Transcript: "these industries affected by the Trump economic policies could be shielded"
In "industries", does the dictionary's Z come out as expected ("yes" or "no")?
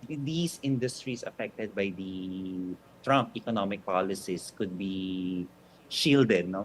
no